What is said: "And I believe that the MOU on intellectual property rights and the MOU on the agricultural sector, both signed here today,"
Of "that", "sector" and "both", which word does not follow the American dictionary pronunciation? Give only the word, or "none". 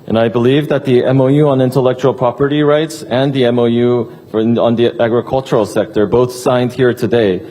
none